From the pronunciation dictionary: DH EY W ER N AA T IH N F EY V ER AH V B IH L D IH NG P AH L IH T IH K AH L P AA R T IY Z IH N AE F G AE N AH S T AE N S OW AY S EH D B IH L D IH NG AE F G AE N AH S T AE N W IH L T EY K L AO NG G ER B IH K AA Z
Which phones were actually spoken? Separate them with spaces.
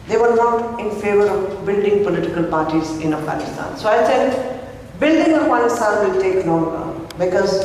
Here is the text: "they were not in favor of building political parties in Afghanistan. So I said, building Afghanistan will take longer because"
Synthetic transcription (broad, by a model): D EY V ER N AA T IH N F EY V ER AH V B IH L D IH NG P AH L IH T IH K AH L P AA R T IY Z IH N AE F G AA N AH S T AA N S OW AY S EH D B IH L D IH NG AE F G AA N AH S T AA N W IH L T EY K N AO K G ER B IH K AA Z